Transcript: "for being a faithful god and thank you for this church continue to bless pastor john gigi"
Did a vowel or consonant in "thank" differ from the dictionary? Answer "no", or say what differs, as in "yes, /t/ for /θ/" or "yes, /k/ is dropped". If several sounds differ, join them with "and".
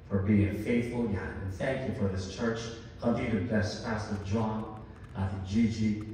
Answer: no